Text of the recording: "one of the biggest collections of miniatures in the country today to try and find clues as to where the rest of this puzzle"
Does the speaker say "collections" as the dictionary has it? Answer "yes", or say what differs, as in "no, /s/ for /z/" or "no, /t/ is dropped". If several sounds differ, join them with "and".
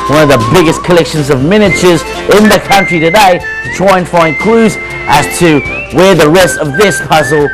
yes